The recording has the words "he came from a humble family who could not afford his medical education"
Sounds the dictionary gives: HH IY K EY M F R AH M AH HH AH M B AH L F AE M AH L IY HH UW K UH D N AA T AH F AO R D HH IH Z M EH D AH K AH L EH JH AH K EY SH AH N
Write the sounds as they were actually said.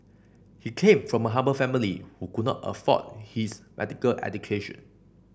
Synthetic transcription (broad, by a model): HH IY K EY M F R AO M AH HH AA B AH F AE M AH L IY HH UW K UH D N AA T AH F AO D HH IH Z M EH D AH K AH L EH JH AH K EY SH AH N